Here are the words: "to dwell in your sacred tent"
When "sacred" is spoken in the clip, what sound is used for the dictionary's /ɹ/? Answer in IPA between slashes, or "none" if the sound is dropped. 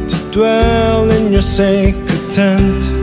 none